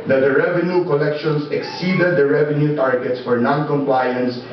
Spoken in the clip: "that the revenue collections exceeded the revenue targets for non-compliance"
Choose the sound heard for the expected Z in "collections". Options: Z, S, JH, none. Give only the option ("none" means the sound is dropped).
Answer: S